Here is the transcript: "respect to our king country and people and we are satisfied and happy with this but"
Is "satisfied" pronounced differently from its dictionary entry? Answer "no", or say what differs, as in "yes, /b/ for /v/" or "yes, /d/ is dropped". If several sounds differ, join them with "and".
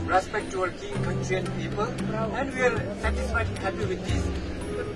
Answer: yes, /d/ is dropped